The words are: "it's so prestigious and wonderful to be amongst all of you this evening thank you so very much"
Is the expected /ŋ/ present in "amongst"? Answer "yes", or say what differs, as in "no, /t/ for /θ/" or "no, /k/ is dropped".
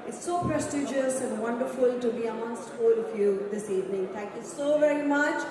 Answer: no, /ŋ/ is dropped